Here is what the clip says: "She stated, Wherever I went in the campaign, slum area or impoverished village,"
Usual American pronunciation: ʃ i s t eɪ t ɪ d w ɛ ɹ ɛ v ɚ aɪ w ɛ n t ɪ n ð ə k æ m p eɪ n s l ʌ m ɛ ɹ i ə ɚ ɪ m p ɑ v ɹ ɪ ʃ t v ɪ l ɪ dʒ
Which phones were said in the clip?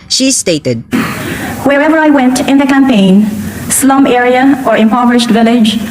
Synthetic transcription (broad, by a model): ʃ i s t eɪ t ɪ d w ɛ ɹ ɛ v ɚ aɪ w ɛ n t ɪ n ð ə k æ m p eɪ n s l ʌ m ɛ ɹ i ə ɚ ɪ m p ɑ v ɹ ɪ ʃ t v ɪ l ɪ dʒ